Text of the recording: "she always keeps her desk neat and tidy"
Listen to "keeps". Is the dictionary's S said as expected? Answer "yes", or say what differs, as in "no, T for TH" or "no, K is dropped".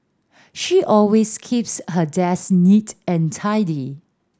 yes